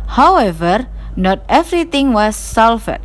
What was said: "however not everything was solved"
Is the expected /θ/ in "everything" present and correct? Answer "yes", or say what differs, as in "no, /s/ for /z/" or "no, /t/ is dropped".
no, /t/ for /θ/